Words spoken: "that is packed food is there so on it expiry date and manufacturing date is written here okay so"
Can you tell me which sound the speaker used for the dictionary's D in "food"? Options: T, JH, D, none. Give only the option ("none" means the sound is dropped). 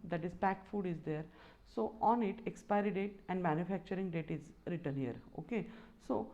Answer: D